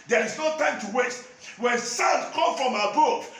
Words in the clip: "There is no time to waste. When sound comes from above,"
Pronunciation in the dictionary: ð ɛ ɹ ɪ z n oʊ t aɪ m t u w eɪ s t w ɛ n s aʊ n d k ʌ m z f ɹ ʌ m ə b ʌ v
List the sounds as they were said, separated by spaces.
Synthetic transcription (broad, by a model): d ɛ ɹ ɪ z n oʊ t aɪ m t u w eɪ t w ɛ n s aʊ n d k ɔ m f ɹ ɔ m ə b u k